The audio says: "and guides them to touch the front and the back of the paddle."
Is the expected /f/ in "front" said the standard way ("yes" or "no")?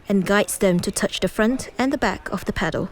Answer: yes